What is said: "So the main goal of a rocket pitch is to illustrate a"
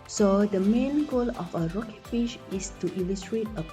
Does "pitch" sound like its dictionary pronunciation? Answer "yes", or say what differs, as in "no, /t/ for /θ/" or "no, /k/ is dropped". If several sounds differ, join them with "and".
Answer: no, /f/ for /p/ and /ʃ/ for /tʃ/